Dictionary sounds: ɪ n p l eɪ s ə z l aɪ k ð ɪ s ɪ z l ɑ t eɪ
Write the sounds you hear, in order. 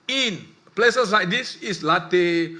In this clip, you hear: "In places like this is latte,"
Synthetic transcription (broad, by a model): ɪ n p l eɪ s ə s l aɪ k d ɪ s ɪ s l ɑ t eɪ